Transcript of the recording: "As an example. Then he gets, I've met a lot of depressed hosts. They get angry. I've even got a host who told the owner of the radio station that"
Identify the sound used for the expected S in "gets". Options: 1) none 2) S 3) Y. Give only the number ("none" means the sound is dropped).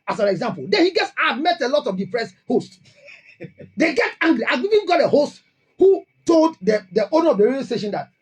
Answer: 2